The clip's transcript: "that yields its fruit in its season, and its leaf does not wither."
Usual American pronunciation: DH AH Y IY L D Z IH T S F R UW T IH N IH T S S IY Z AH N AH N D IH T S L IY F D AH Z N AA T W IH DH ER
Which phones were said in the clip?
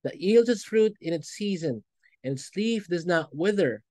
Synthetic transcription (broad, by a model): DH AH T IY L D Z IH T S F R UW T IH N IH T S S IY Z AH N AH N IH T S L IY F D AH Z N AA T W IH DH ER